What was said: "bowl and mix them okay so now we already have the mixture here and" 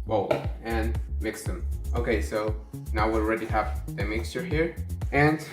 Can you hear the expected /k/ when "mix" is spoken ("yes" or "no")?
yes